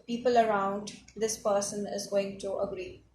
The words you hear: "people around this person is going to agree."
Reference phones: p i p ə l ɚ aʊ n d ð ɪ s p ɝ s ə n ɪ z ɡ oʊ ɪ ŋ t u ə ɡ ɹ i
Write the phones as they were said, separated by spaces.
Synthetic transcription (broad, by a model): p i p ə l ɚ aʊ n d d ɪ s p ɝ s ə n ɪ z ɡ oʊ ɪ ŋ t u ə ɡ ɹ i